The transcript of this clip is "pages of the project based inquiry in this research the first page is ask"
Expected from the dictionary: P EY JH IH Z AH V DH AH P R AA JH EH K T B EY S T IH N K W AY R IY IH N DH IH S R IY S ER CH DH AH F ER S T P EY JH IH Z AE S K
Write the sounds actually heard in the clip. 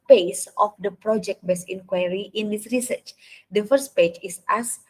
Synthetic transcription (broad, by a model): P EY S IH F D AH P R AA JH EH K T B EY S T IH N K W AY R IY IH N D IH S R IY S ER CH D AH F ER S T P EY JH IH S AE S